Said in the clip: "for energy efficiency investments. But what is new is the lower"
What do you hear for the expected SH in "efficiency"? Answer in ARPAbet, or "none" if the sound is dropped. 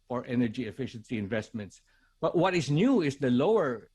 SH